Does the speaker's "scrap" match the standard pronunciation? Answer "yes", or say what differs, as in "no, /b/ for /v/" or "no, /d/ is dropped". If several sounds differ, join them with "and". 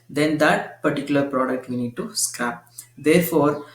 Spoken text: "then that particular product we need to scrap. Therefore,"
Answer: no, /ɹ/ is dropped